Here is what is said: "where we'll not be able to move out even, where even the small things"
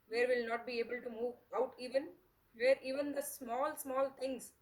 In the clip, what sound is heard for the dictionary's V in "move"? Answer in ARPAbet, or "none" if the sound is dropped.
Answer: V